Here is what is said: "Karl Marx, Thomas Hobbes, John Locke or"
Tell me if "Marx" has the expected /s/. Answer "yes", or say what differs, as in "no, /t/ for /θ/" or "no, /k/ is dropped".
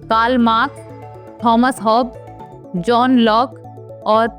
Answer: no, /s/ is dropped